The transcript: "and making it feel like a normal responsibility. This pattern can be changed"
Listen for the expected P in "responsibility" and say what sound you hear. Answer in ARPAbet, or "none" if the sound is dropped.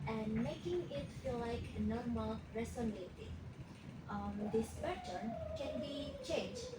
none